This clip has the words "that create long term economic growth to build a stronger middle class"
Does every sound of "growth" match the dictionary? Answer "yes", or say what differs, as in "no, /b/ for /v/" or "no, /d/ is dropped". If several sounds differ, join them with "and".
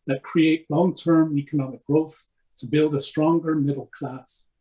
yes